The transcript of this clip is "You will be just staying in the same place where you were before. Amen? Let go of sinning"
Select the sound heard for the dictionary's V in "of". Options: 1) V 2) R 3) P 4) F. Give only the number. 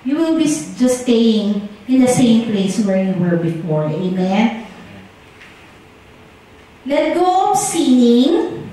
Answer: 3